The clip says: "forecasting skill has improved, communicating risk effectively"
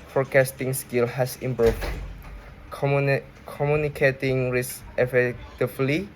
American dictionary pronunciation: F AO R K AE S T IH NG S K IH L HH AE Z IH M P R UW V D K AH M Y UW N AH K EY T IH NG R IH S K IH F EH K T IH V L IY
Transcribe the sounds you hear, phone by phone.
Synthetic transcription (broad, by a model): F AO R K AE S T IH NG S K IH L HH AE S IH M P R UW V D K AH M Y UW N AH K EY T IH NG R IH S IH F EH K T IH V L IY